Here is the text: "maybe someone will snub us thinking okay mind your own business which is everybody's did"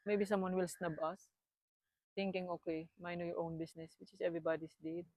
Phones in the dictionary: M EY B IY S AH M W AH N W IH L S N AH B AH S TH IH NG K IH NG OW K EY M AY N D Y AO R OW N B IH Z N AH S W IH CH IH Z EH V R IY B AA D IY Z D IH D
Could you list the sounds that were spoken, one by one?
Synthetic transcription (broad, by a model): M EY B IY S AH M W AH N W IH L S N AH B AH S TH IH NG K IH NG OW K EY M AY N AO Y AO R OW N B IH S N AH S W IH CH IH S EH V R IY B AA D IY S D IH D